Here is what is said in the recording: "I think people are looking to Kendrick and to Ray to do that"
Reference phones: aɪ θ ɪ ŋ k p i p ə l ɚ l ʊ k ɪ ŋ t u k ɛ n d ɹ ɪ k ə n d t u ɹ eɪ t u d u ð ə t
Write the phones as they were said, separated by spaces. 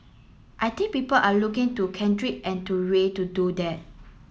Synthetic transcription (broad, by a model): aɪ t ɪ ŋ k p i p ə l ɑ l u k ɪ ŋ t u k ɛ n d ɹ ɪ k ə n t u ɹ eɪ t u d u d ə t